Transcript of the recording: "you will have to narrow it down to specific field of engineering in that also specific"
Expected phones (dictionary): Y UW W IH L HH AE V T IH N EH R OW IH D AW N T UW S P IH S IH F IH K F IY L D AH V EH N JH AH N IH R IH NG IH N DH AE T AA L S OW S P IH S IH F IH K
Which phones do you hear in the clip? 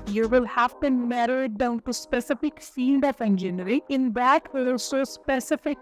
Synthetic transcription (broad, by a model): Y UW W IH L HH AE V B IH N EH R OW IH D AW N T UW S P IH S IH F IH K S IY N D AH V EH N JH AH N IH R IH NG IH N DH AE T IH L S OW S P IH S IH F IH K